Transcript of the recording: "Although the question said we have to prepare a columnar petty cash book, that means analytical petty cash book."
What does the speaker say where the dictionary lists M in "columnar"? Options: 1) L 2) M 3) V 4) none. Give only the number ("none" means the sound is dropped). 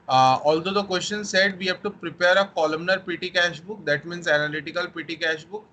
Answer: 2